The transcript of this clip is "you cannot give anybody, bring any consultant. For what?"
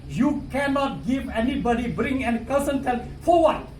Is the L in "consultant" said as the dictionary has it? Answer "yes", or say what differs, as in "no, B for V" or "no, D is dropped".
no, N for L